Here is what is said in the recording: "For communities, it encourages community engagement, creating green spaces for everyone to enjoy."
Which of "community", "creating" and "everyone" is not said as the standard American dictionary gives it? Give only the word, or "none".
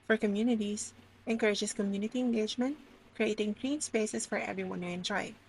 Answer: none